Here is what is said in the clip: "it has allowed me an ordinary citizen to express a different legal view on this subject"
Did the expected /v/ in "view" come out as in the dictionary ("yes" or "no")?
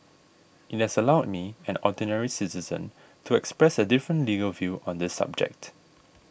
yes